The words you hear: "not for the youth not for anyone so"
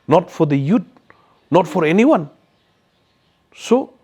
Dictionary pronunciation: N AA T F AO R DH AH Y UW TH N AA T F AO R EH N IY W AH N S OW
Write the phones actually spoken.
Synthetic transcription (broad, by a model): N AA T F AO R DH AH Y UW T N AA T F AO R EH N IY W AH N S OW